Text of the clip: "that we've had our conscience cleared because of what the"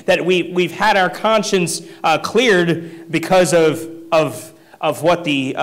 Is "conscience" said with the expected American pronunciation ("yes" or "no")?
yes